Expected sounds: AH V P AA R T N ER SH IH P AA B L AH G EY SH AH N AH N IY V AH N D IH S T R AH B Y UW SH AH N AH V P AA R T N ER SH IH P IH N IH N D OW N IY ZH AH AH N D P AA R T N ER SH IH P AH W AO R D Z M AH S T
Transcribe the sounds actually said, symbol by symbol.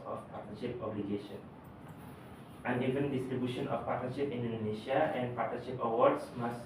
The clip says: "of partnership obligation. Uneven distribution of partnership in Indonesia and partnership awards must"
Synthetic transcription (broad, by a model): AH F P AA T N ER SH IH P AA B L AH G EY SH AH N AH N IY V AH N D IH S T R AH B Y UW SH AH N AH F P AA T N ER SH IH P IH N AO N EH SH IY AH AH N P AA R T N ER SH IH P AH W AO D S M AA S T